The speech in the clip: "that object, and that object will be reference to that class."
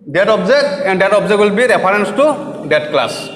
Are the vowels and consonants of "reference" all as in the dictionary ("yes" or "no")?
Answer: no